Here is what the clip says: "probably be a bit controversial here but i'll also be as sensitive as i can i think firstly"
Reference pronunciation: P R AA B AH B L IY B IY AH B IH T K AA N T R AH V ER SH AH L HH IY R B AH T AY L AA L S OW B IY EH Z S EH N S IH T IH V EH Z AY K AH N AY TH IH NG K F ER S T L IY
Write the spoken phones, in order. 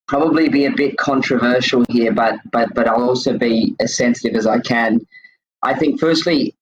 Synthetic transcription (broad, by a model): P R AA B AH B L IY B IY AH B IH T K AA N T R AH V ER SH L HH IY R B AH T AY L AA L S OW B IY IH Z S EH N S IH T IH V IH Z AY K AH N AY TH IH NG K F ER S T L IY